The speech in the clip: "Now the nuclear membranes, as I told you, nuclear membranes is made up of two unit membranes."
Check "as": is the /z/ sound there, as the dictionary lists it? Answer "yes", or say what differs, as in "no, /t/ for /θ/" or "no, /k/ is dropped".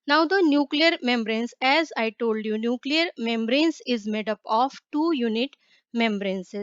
yes